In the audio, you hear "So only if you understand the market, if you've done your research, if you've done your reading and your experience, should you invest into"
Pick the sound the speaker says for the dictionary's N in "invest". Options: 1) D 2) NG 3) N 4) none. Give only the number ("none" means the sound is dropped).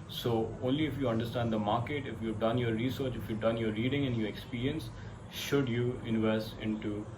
3